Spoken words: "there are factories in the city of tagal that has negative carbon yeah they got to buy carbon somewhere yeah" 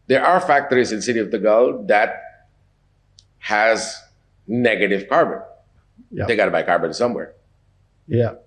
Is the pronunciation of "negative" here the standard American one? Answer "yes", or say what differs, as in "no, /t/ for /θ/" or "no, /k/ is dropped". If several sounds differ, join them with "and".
yes